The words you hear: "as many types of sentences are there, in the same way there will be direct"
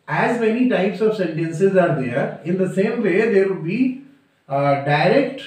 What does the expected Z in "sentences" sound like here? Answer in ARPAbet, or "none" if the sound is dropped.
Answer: Z